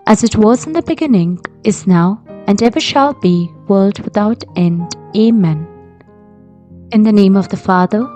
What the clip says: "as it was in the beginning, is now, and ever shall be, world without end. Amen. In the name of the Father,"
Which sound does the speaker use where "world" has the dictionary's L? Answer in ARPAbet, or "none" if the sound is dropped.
L